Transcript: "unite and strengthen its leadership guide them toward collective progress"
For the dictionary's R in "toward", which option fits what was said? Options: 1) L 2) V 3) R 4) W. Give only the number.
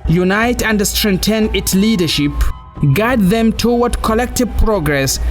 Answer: 4